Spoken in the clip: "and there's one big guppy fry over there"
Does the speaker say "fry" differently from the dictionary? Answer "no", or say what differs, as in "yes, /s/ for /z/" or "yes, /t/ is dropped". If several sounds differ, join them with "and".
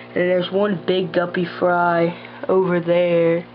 no